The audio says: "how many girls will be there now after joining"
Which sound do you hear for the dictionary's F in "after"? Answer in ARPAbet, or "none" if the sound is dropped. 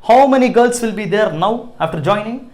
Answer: F